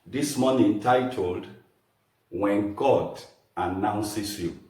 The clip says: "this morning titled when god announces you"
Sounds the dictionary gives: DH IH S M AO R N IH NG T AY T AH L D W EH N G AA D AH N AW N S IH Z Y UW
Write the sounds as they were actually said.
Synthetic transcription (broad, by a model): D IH S M AO N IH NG T AY T AH L D W EH N G AA D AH N AW N S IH S Y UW